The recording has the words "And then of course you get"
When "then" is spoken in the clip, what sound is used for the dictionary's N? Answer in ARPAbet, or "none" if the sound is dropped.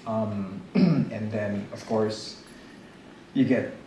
N